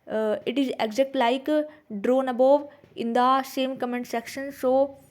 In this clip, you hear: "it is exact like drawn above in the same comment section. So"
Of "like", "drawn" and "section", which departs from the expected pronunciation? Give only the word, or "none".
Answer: none